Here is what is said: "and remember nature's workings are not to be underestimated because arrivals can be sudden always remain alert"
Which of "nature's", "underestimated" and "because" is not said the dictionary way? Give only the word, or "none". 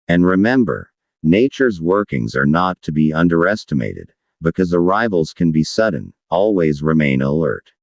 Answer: none